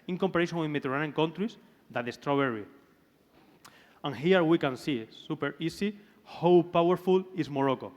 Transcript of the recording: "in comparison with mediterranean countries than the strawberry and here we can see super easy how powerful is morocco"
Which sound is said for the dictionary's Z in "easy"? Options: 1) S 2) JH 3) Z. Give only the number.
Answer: 1